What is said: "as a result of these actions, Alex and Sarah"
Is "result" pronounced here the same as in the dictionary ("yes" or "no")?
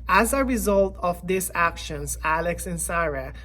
yes